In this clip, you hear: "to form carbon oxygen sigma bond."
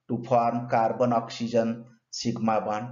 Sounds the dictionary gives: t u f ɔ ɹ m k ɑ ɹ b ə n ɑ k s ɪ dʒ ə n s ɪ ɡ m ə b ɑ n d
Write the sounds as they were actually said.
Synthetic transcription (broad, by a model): t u p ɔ ɹ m k ɑ ɹ b ə n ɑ k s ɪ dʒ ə n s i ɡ m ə b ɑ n